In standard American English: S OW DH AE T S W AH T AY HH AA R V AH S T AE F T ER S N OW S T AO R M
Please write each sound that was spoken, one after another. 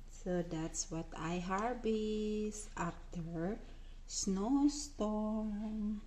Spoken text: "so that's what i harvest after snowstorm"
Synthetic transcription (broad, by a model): S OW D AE T S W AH T AY HH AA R B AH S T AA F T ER S N OW S T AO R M